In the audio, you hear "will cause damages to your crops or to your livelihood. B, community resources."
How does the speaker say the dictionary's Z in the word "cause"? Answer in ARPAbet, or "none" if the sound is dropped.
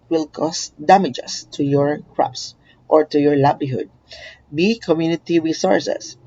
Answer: S